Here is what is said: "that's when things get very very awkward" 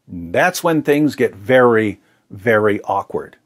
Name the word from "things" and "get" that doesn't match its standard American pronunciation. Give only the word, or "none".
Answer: none